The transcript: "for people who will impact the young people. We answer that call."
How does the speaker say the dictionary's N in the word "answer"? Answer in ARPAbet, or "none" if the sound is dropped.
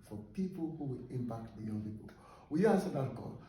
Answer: none